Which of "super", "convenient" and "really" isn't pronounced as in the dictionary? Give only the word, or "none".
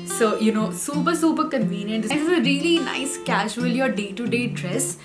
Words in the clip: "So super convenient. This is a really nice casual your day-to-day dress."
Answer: none